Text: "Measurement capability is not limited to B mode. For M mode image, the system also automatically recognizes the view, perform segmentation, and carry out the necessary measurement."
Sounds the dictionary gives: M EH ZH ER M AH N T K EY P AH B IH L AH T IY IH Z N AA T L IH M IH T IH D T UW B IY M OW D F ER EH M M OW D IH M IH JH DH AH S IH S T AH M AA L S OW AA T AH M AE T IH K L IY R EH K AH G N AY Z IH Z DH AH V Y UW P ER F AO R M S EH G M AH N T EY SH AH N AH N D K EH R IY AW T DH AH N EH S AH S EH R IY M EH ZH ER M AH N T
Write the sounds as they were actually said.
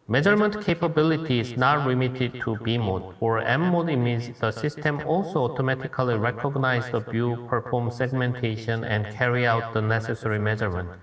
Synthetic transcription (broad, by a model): M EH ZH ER M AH N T K EY P AH B IH L AH T IY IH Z N AA T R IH M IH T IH D T UW B IY M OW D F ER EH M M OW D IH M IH Z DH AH S IH S T AH M AA L S OW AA T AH M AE T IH K L IY R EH K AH G N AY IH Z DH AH B Y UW P ER F AO R M S EH G M AH N T EY SH AH N AH N D K EH R IY AW T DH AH N EH S AH S EH R IY M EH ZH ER M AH N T